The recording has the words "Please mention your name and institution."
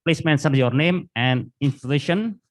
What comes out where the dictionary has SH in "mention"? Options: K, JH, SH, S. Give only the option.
S